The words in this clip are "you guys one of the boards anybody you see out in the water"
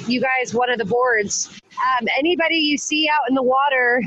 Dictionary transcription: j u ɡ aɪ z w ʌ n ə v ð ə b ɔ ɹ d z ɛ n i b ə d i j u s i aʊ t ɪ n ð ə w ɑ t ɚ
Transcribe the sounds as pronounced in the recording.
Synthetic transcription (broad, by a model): j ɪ ɡ aɪ z w ʌ n ə v ð ə b ɔ ɹ d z ɛ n i b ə d i j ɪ s i aʊ t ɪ n ð ə w ɑ t ɚ